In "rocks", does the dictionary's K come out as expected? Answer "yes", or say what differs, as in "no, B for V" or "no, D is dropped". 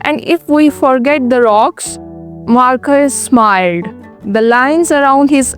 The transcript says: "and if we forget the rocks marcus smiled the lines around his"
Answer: yes